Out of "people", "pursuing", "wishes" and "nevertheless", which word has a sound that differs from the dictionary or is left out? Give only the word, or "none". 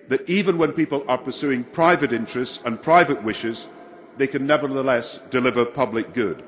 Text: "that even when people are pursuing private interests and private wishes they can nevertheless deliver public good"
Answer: none